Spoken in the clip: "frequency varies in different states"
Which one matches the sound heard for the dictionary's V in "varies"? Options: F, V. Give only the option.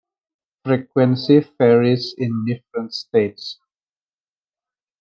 F